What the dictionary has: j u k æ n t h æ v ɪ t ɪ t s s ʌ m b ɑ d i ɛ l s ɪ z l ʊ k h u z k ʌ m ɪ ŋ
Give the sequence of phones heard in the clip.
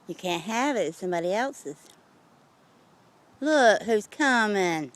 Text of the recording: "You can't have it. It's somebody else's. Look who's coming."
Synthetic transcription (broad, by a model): j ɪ k æ n t h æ v ɪ t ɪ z s ʌ m b ɑ d i ɛ l s ɪ z l ʊ k h u z k ʌ m ɪ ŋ